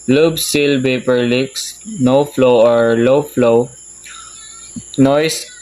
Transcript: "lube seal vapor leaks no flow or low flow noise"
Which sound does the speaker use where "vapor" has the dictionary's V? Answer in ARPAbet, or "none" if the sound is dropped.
B